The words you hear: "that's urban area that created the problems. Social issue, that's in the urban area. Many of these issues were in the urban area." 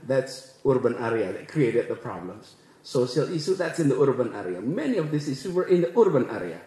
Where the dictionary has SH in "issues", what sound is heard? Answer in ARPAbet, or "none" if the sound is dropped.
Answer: S